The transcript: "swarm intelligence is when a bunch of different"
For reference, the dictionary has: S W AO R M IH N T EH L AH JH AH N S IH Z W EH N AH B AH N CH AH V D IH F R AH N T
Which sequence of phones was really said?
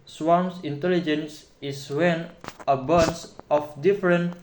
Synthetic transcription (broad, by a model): S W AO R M IH N T EH L AH JH AH N S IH S W EH N AH B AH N S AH F D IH F R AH N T